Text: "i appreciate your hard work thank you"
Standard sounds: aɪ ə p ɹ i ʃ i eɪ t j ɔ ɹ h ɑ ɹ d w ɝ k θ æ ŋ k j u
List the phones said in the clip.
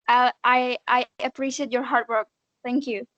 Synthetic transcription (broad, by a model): aɪ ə p ɹ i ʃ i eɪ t j ɔ ɹ h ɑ ɹ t w ɝ k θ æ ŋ k j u